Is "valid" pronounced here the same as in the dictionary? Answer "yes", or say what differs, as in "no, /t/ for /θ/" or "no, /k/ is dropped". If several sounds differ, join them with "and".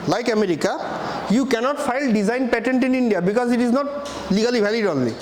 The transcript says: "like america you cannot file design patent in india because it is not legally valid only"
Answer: no, /b/ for /v/